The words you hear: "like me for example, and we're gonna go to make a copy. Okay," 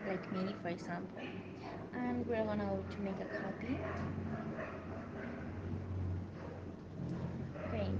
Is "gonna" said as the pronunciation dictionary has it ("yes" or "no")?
no